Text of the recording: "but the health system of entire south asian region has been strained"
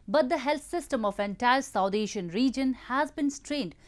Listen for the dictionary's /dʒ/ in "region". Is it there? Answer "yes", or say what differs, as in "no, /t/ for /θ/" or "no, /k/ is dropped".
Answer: yes